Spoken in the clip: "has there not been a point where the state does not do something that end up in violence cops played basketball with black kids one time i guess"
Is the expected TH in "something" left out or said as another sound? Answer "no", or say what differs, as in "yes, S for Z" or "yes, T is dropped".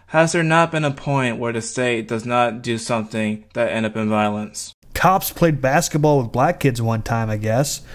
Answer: no